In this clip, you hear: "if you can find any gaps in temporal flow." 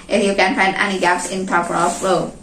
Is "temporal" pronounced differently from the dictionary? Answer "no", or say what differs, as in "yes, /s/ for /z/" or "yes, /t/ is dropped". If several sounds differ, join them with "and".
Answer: yes, /m/ is dropped